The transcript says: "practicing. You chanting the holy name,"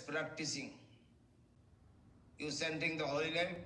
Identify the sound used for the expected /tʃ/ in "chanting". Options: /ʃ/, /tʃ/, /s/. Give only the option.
/s/